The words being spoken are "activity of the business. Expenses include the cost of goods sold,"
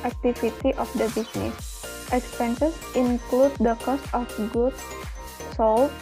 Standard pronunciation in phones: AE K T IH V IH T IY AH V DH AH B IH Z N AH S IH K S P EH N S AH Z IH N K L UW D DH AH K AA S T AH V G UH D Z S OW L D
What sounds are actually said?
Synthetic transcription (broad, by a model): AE K T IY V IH T IY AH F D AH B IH S N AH S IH K S P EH N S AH S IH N K L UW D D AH K AA S T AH F G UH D S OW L